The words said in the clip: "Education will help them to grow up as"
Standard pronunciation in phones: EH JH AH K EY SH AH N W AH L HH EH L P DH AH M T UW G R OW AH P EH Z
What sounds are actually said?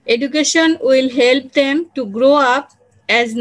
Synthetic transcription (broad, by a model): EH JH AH K EY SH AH N W AH L HH EH L P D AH M T UW G R OW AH P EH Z